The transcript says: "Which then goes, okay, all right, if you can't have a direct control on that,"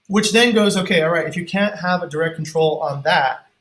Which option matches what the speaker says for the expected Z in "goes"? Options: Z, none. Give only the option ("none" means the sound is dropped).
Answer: Z